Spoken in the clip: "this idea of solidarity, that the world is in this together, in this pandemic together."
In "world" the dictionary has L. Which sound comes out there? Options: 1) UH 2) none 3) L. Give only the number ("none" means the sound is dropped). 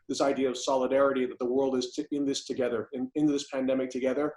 3